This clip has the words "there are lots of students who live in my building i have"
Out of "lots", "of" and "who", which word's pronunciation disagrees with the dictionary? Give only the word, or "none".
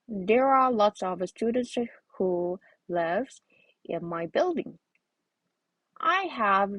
none